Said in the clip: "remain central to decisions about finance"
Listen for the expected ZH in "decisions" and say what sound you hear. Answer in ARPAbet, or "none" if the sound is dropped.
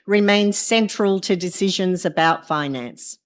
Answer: ZH